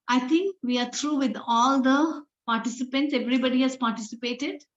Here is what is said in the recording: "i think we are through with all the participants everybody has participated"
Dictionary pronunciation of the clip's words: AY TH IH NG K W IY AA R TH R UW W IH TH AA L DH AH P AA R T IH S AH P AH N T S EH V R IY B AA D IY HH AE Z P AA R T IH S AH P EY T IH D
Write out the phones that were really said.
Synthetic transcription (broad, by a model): AY T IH NG K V IY AA R T R UW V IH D AA L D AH P AA R T IH S AH P AH N T S EH V R IY B AA D IY HH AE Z P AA R T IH S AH P EY T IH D